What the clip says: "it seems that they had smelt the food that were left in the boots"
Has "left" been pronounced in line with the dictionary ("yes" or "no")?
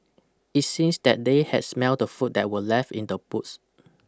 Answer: no